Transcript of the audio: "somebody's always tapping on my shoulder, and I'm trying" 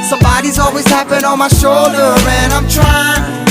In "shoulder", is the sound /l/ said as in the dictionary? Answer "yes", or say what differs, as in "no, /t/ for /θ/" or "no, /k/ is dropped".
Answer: yes